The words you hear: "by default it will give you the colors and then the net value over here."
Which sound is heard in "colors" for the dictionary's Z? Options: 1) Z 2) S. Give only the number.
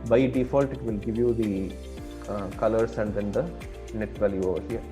2